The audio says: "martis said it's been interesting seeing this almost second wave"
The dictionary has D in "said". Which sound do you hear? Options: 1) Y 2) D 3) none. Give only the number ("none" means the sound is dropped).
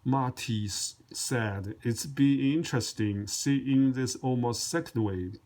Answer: 2